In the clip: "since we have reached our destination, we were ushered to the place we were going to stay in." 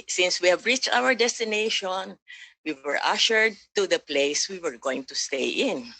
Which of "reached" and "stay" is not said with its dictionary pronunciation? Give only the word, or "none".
none